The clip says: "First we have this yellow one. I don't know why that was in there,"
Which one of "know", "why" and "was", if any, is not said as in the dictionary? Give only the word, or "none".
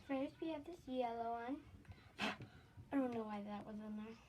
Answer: none